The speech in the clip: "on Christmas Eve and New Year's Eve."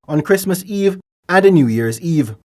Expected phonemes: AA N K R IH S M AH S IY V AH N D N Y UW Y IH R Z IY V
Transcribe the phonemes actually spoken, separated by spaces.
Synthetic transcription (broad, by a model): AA N K R IH S M AH S IY V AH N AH N Y UW Y IH R Z IY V